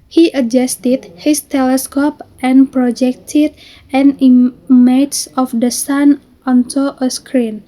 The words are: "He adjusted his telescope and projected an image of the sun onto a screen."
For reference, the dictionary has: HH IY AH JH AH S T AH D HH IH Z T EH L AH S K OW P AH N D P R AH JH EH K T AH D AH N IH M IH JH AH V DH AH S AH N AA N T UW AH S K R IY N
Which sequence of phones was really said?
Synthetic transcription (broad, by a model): HH IY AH JH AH S T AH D HH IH S T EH L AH S K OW P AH N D P R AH JH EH K T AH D AH N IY M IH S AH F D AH S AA N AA N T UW AH S K R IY N